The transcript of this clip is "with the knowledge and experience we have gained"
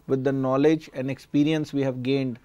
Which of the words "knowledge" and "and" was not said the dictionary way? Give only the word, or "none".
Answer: none